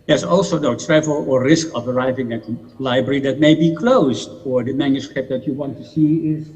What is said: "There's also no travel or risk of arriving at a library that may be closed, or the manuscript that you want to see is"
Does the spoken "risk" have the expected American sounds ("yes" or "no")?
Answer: yes